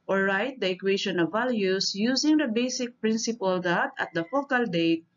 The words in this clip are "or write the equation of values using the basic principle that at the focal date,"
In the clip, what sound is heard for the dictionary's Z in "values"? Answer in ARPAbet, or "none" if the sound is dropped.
S